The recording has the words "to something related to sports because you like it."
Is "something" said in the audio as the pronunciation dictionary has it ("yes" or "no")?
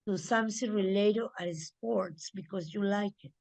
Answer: no